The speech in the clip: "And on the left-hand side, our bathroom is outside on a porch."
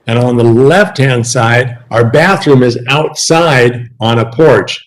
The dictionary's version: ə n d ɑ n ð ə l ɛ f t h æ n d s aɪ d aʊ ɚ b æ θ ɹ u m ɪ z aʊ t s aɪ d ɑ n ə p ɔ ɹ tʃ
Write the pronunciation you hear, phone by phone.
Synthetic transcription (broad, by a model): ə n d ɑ n ð ə l ɛ f t h æ n d s aɪ d aʊ ɚ b æ θ ɹ u m ɪ z aʊ t s aɪ d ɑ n ə p ɔ ɹ tʃ